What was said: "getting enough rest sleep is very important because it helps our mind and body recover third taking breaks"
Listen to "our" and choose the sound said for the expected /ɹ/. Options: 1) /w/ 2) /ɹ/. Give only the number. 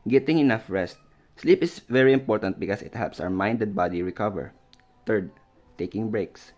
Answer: 1